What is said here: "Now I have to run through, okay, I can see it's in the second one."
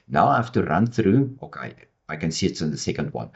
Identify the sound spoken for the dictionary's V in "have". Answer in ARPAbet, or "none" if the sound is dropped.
F